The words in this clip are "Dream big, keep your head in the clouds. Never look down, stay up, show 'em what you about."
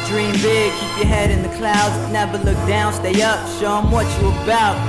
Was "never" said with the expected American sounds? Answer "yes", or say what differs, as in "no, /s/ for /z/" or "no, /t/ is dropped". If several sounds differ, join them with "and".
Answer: no, /b/ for /v/